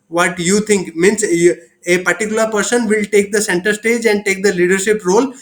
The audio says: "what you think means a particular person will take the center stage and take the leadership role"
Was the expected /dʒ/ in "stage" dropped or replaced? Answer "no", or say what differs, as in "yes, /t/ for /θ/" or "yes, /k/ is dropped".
no